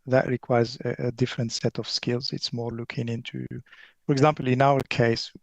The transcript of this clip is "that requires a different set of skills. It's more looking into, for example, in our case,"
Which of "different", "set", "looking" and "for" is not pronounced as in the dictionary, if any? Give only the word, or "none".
none